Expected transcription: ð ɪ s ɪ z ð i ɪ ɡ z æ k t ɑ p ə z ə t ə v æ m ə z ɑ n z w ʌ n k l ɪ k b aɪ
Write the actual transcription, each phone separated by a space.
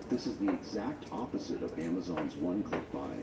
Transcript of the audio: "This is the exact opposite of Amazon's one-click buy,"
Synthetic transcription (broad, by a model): ð ɪ s ɪ z ð i ɪ ɡ z æ k t ɑ p ə z ə t ə v æ m ə z ɑ n z w ʌ n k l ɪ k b aɪ